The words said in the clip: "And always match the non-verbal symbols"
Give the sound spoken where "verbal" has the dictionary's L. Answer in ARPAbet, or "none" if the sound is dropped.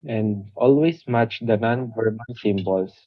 N